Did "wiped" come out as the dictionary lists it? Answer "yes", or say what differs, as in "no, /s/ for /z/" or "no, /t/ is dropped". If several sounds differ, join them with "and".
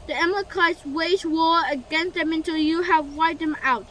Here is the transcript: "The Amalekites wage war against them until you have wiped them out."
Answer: no, /p/ is dropped